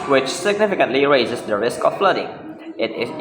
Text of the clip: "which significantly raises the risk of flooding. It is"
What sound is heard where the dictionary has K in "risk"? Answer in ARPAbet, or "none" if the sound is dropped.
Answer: K